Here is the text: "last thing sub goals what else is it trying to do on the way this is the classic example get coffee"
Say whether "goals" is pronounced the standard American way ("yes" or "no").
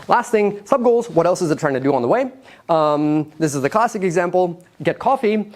yes